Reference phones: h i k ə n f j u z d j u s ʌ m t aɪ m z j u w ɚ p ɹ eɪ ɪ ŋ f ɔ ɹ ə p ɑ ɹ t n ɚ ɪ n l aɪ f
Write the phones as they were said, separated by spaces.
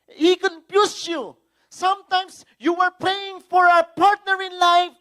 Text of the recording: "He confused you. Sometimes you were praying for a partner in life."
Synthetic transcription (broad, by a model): h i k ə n p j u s j u s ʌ m t aɪ m s j u w ɚ p ɹ eɪ ɪ ŋ f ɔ ɹ ə p ɑ ɹ t n ɚ ɪ n l aɪ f